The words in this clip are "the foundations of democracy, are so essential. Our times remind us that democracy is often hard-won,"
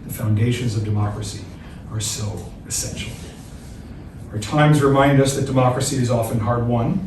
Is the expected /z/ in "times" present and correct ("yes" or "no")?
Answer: yes